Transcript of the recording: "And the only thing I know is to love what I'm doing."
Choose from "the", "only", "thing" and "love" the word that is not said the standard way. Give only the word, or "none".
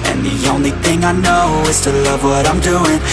none